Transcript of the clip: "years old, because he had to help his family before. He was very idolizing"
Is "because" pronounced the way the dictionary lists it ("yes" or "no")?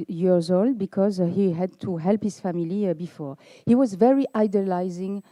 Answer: yes